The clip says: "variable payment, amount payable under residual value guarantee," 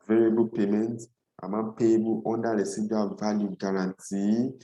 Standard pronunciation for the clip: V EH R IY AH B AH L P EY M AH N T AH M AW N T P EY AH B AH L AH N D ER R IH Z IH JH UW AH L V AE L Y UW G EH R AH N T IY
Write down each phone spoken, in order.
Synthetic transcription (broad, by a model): V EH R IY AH B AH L P EY M AH N T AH M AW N P EY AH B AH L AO N D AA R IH S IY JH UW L V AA L Y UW G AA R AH N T IY